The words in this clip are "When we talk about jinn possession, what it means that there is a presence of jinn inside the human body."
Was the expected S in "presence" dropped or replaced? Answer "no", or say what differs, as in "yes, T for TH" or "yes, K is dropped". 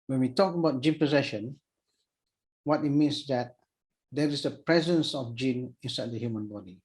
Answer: no